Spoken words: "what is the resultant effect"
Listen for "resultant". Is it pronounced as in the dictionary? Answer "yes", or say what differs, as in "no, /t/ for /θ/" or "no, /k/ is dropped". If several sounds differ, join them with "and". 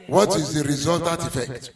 no, /n/ is dropped